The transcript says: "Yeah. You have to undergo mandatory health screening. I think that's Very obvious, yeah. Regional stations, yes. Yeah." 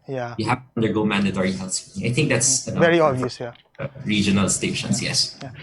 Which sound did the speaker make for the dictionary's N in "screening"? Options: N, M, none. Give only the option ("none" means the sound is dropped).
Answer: none